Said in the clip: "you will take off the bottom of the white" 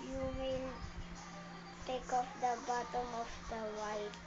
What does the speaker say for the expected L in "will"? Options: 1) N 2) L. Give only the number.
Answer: 1